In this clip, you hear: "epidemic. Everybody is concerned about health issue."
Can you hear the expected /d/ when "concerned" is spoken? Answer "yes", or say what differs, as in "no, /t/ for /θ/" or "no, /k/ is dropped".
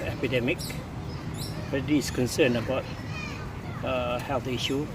no, /d/ is dropped